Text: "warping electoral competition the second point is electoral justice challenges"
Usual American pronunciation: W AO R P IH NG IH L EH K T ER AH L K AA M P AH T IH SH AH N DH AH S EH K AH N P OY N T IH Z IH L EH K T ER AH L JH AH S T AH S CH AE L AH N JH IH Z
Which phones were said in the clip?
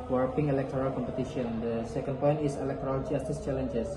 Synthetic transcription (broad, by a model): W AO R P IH NG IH L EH K T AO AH L K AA M P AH T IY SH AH N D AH S EH K AH N P OY N T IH S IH L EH K T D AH L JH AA S T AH S CH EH L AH N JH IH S